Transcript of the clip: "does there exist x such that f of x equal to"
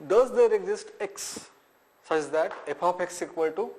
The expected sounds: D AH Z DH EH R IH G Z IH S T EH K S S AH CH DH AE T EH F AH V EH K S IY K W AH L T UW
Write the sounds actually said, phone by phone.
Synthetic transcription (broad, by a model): D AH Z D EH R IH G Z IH S T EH K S S AH CH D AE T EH P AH P EH K S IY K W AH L T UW